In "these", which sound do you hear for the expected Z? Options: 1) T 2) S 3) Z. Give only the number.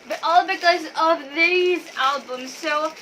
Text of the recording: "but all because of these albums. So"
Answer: 3